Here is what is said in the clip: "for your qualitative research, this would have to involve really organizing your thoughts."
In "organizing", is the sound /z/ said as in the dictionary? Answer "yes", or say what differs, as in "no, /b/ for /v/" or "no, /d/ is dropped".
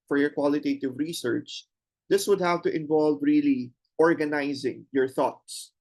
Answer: yes